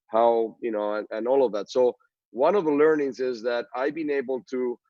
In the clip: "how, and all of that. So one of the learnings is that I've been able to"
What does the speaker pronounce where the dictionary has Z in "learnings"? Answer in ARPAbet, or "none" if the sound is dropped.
Z